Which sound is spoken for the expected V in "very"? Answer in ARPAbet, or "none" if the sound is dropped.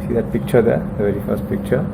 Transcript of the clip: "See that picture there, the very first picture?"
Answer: V